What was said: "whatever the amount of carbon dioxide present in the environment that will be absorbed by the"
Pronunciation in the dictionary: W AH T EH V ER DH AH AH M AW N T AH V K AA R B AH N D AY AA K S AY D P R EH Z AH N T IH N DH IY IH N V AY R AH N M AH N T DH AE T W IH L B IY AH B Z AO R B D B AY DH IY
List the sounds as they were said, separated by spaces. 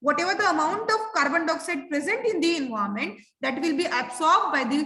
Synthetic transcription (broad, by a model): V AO T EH V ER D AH AH M AW N T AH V K AA R B AH N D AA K S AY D P R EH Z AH N T IH N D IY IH N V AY AH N M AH N T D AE T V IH L B IY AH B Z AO R B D B AY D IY